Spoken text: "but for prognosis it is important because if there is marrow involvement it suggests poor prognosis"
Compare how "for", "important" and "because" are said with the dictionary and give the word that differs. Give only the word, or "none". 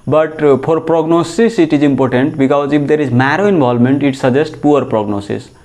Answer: for